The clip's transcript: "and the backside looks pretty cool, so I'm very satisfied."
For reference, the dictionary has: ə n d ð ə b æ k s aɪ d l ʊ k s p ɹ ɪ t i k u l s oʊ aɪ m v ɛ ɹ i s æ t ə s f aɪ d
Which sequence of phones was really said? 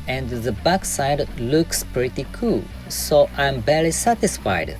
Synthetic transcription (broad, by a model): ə n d ð ə b æ k s aɪ d l ʊ k s p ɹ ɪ t i k u l s oʊ aɪ m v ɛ l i s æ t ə s f aɪ d